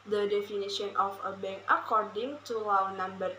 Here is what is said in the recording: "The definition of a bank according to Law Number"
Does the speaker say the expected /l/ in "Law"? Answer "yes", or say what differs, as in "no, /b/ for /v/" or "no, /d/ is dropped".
no, /w/ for /l/